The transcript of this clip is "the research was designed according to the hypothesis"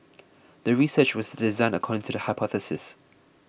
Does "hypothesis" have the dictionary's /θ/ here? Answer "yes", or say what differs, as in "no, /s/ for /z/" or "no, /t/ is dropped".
yes